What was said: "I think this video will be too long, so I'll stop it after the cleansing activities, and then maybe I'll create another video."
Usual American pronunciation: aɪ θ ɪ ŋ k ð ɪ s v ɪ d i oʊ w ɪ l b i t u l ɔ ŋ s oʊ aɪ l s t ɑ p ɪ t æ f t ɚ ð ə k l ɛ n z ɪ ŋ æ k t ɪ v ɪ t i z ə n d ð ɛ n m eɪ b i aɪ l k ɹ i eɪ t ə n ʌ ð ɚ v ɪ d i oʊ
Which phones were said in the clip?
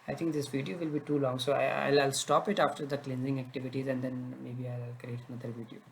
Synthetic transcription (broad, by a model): aɪ t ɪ ŋ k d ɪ s v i d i oʊ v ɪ l b i t u l ɔ ŋ s oʊ aɪ l s t ɑ p ɪ t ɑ f t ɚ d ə k l ɛ n z ɪ ŋ æ k t ɪ v ɪ t i z ə n d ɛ n m eɪ b i aɪ l k ɹ i eɪ t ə n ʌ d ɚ v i d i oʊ